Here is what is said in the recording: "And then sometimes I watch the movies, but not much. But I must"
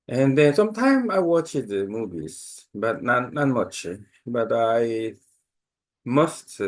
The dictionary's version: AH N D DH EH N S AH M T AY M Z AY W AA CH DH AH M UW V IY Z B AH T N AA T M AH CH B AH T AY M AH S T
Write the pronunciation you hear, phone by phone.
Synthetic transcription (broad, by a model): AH N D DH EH N S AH M T AY M AY W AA CH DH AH M UW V IY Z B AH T N AA T M AH CH B AH T AY M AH S T